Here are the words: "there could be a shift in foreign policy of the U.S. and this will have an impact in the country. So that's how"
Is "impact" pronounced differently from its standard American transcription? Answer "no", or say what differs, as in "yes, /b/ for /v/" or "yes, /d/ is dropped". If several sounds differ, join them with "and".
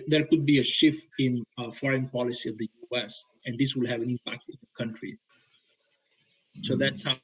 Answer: no